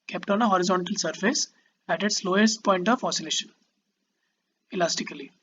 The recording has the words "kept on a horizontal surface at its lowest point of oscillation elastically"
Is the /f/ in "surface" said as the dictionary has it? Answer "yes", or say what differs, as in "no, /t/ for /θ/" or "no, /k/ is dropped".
yes